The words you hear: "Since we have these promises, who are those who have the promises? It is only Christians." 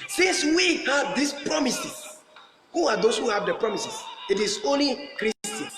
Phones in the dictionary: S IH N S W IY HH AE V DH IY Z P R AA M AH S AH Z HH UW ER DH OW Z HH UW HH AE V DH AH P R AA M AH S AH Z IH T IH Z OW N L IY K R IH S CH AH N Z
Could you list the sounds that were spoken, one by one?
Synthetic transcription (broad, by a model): S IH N S W IY HH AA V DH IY S P R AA M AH S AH S HH UW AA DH OW S HH UW HH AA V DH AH P R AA M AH S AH S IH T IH S OW N L IY K R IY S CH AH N